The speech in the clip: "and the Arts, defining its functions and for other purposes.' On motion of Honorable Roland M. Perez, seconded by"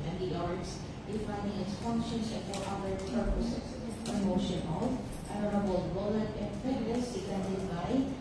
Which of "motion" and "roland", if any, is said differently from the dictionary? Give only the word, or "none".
roland